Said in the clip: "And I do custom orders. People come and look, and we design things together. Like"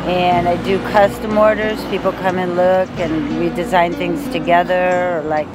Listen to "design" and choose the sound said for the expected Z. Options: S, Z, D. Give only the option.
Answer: Z